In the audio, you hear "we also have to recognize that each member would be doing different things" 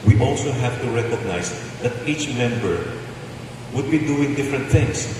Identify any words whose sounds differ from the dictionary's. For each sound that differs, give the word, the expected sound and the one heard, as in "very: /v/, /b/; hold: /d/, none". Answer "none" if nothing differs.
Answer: recognize: /z/, /s/